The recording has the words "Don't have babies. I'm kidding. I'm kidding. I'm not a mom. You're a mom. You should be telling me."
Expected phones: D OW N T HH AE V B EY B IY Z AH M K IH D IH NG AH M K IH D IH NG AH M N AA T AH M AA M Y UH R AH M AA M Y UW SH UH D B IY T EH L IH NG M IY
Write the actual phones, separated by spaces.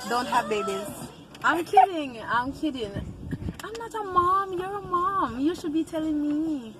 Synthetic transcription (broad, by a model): D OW N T HH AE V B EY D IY AH M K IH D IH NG AH M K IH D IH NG AH M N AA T AH M AA M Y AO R AH M AA M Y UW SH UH B IY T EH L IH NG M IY